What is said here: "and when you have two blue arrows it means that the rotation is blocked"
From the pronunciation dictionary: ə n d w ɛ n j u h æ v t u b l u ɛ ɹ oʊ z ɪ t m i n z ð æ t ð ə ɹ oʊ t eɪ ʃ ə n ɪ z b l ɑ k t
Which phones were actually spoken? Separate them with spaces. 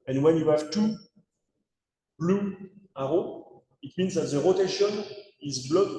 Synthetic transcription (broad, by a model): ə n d w ɛ n j u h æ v t u b l u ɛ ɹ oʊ ɪ t m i n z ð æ t ð ə ɹ oʊ t eɪ ʃ ə n ɪ z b l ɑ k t